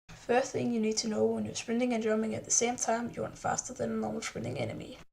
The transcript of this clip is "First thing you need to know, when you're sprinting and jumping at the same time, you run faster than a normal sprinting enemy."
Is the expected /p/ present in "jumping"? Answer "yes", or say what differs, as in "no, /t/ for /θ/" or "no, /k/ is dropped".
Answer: no, /p/ is dropped